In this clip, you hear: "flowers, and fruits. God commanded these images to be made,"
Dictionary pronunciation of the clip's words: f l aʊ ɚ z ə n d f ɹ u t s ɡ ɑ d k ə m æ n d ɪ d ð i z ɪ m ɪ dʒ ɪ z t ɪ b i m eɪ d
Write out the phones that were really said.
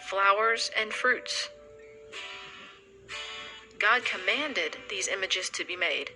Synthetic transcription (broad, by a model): f l aʊ ɚ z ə n f ɹ u t s ɡ ɑ d k ə m æ n d ɪ d ð i z ɪ m ɪ dʒ ɪ z t ɪ b i m eɪ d